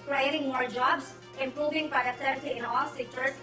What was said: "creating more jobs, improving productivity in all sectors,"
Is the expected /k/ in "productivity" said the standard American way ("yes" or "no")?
no